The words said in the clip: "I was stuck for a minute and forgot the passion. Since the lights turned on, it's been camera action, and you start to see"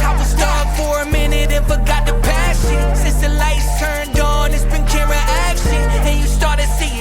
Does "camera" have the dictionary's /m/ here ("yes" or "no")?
no